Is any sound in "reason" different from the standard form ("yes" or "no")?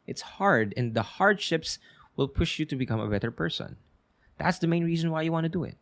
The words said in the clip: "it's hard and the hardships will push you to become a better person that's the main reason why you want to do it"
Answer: no